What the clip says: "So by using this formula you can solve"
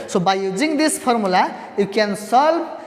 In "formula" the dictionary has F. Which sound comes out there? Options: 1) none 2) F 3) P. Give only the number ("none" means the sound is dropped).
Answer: 3